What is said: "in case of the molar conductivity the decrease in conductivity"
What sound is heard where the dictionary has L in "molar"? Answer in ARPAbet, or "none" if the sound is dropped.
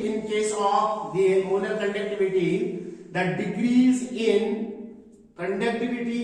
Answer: N